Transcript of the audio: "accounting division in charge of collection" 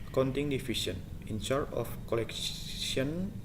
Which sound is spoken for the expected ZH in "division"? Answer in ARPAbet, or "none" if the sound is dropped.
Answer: S